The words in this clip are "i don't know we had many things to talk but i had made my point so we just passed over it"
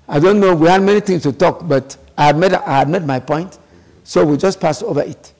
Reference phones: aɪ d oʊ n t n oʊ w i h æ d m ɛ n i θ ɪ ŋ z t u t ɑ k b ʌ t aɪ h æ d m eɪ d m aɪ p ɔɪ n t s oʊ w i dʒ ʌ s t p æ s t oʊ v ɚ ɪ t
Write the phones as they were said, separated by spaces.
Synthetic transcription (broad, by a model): aɪ d oʊ n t n oʊ w i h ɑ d m ɛ n i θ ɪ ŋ s t u t ɑ k b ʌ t aɪ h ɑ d m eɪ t m aɪ p ɔɪ n t s oʊ w i dʒ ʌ s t p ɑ s oʊ v ɚ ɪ t